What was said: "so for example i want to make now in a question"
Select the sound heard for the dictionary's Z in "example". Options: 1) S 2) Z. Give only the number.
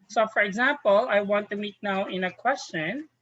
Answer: 2